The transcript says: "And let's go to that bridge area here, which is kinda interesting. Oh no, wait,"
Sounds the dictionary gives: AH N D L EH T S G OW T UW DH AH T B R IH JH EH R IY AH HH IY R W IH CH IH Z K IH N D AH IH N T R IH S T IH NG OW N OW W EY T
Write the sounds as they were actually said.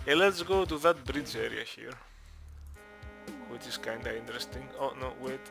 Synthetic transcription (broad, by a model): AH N L EH T S G OW T UW DH AH T B R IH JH EH R IY AH HH IY R W IH CH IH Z K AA N D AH IH N T R IH S T IH NG OW N OW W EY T